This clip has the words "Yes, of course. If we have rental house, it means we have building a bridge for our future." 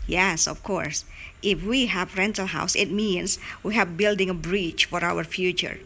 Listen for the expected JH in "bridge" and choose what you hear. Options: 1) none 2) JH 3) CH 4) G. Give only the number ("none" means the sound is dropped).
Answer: 3